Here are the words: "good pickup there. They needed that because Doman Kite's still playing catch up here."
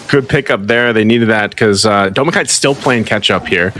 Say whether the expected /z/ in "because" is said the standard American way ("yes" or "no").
no